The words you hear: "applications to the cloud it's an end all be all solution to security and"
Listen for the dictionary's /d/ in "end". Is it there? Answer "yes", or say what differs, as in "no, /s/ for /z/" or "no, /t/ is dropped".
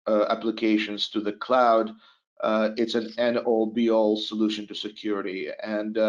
no, /d/ is dropped